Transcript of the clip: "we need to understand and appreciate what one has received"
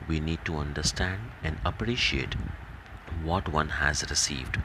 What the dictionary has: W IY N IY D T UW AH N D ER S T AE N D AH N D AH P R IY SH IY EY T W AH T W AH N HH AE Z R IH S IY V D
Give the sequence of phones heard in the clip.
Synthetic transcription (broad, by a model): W IY N IY D T UW AH N D ER S T AE N D AH N D AH P R IY SH IY EY T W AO T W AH N HH AE Z R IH S IY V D